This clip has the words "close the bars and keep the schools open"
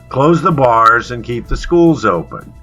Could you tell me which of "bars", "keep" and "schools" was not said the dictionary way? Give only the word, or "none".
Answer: none